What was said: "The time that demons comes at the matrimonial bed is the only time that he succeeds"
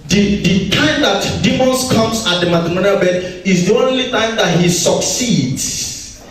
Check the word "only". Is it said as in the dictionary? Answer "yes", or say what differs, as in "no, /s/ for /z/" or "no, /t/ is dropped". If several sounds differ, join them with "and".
yes